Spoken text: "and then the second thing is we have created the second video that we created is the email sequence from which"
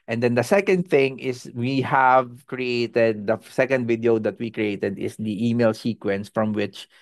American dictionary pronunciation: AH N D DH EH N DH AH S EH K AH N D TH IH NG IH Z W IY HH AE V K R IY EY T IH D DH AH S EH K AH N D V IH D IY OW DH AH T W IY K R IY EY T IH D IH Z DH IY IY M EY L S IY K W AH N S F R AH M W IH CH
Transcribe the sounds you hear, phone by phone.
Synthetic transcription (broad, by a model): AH N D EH N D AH S EH K AH N D TH IH NG IH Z W IY HH AE V K R IY EY T IH D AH S EH K AH N D V IH D IY OW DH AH T W IY K R IY EY T IH D IH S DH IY IY M EY L S IY K W AH N S F R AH M W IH CH